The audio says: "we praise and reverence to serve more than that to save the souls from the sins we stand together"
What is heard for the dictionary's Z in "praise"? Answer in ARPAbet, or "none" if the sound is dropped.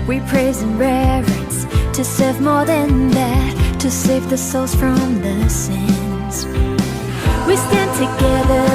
Z